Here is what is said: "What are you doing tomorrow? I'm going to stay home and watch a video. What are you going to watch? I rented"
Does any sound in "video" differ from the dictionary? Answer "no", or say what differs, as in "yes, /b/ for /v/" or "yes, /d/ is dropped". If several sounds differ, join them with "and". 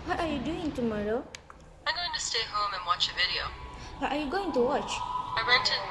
no